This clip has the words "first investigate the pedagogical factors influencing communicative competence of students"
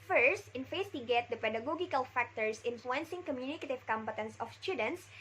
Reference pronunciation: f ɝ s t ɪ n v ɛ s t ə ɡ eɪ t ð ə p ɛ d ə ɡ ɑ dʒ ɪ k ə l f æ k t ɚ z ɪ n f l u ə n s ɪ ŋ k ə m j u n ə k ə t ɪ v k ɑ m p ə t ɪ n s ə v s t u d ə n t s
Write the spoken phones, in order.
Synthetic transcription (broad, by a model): f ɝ s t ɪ n f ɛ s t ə ɡ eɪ t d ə p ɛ d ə ɡ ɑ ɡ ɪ k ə l f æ k t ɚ s ɪ n f l u ə n s ɪ ŋ k ə m j u n ə k ə t ɪ v k ɑ m p ə t ɪ n s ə f s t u d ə n t s